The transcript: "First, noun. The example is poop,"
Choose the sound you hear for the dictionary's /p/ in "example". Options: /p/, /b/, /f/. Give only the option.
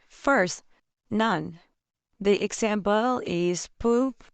/b/